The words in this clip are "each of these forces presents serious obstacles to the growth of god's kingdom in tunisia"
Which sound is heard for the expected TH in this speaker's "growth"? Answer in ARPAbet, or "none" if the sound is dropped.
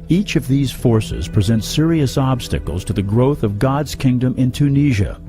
TH